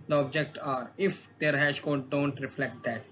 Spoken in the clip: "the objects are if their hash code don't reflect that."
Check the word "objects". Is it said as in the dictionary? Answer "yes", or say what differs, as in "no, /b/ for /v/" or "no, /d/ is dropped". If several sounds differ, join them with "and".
no, /s/ is dropped